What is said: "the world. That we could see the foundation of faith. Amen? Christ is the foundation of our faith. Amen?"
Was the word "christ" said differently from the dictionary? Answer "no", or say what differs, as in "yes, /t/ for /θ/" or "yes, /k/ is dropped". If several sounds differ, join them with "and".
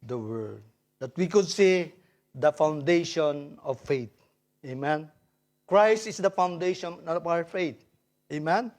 no